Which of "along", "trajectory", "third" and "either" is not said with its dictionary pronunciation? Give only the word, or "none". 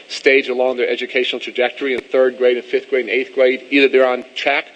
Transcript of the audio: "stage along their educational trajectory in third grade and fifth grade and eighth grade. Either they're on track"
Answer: none